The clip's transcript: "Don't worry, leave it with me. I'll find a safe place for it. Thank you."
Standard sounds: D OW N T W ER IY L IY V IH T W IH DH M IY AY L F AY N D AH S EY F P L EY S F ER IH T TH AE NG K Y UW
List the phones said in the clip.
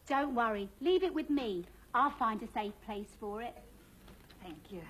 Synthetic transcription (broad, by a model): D OW N T W ER IY L IY V IH T W IH DH M IY AY L F AY N D AH S EY F P L EY S F ER IH T TH AE NG K Y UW